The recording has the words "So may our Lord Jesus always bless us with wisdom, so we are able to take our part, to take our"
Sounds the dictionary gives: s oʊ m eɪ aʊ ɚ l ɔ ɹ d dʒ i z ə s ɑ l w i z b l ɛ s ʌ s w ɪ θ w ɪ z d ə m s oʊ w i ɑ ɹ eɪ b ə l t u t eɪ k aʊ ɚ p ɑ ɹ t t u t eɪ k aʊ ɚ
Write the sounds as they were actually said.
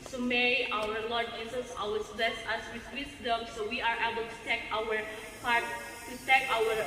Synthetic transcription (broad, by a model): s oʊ m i aʊ ɚ l ɔ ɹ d dʒ i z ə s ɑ w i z b l ɛ s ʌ s w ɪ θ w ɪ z d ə m s oʊ w i ɑ ɹ eɪ b ə l t u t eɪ k aʊ ɚ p ɑ ɹ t t u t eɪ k aʊ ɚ